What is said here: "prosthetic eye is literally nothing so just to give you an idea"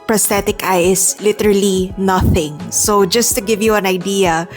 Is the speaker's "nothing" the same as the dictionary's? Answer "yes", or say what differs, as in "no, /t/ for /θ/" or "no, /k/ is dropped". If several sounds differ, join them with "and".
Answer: yes